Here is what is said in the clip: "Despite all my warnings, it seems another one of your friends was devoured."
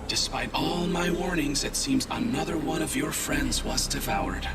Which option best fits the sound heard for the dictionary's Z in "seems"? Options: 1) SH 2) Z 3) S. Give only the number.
2